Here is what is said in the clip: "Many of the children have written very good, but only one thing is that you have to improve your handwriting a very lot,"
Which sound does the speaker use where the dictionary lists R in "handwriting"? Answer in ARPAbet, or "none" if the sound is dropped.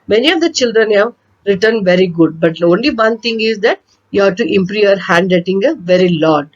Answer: none